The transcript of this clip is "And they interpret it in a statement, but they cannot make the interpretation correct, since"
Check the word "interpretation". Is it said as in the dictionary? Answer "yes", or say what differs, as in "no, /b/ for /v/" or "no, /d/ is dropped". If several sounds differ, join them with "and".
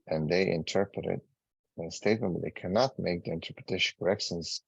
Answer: no, /ʃ/ is dropped